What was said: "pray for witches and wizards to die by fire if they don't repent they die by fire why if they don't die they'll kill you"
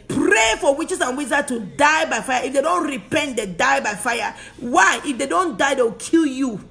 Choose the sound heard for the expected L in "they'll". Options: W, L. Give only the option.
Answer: W